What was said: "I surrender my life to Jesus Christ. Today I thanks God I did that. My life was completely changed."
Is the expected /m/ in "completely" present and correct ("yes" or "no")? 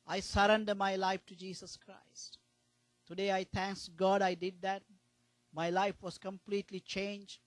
yes